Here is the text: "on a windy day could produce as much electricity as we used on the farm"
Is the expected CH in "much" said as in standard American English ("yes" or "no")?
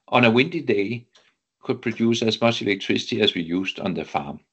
no